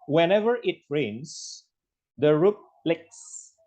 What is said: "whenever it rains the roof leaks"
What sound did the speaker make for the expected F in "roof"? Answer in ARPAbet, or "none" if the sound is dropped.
P